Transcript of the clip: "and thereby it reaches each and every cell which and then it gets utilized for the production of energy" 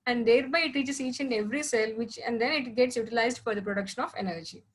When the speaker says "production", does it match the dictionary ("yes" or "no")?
yes